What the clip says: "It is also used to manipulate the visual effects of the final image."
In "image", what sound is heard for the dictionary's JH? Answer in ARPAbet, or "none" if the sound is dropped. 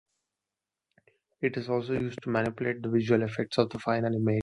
none